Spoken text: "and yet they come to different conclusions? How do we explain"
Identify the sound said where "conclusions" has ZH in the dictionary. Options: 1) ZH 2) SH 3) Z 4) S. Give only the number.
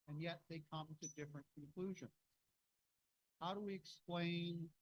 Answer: 1